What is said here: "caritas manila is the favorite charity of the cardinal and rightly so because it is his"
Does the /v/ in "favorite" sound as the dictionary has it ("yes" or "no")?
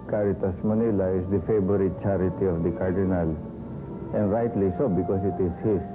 no